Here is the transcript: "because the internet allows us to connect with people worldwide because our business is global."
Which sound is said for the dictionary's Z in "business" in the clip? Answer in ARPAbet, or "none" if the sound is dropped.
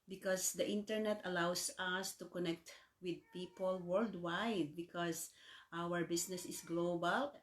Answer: S